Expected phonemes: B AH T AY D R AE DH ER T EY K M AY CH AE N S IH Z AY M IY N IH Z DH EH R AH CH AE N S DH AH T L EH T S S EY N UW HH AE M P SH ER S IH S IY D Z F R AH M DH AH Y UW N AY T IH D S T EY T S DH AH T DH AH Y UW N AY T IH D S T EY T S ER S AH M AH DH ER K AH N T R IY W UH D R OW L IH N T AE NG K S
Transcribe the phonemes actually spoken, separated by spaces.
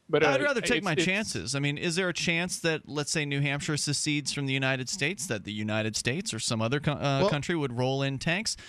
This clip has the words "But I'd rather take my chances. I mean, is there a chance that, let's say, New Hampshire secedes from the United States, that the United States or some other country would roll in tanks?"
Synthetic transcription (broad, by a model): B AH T AY D R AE DH ER T EY K M AY CH AE N S IH Z AY M IY N IH Z DH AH R AH CH AE N S DH AH T L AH T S S EY N UW HH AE M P SH ER S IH S IY D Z F R AH M DH AH Y UW N AY T IH D S T EY T S DH AH T DH AH Y UW N AY T IH D S T EY T S ER S AH M AH DH ER K AH N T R IY W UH D R OW L IH N T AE NG K S